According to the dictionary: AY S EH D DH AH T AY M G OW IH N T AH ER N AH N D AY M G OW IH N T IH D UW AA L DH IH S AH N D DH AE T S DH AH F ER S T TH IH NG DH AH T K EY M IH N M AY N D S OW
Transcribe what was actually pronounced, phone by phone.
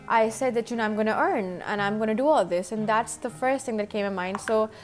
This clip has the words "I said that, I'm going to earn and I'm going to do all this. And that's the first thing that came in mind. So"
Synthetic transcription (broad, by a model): AY S EH D DH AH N AY M G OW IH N T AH ER N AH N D AY M G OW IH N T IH D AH AA L DH IH S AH N DH AE T S DH AH F ER S T TH IH NG DH AH T K EY M IH N M AY N D S OW